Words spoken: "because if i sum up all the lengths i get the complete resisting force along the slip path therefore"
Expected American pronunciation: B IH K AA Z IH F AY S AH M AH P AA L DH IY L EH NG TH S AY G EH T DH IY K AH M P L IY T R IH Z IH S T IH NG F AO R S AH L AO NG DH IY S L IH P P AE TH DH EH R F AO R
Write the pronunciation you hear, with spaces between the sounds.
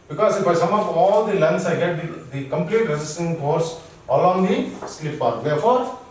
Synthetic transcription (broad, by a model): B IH K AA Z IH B AY S AH M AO F AA L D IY L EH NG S AY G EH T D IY K AH M P L IY T R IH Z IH S T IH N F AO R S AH L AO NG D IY S L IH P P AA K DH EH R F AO R